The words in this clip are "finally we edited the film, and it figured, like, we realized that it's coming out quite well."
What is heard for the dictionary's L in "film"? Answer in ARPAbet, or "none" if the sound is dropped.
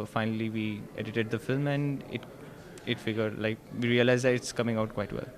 L